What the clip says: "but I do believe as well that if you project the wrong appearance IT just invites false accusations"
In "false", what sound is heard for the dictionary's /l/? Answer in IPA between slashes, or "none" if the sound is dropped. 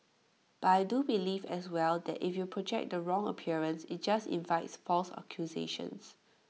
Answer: /l/